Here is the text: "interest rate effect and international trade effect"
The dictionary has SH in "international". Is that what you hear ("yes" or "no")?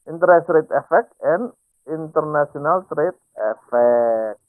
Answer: no